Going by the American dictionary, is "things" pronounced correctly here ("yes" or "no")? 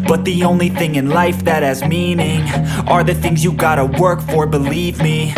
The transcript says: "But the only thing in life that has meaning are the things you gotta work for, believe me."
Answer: yes